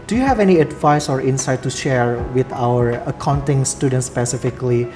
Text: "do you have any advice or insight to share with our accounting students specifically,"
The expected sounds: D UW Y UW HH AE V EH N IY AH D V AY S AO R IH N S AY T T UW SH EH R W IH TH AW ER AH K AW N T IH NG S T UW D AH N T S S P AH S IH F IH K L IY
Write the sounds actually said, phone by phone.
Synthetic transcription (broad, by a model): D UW Y UW HH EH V EH N IY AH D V AY S AO R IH N S AY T T UW SH EH R W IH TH AW ER AH K AW N T IH NG S T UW D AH N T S S P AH S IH F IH K L IY